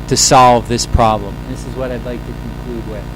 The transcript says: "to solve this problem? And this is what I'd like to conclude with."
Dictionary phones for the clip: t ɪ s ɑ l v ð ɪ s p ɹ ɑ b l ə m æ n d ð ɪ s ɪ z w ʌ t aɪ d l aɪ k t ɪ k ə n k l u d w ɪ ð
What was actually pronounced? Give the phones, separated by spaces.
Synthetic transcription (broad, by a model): t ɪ s ɑ l v ð ɪ s p ɹ ɑ b l ə m ð ɪ s ɪ z w ʌ t aɪ d l aɪ k t ɪ k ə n k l u d w ɪ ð